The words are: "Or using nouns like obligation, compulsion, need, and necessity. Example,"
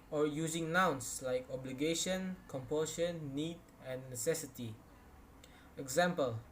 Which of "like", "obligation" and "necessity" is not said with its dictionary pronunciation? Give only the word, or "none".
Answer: none